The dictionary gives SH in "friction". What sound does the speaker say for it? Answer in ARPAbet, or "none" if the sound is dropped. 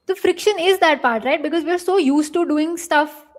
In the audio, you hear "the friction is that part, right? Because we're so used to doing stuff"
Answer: SH